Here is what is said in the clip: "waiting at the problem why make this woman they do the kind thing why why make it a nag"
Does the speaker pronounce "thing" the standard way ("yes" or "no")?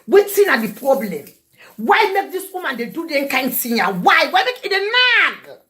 no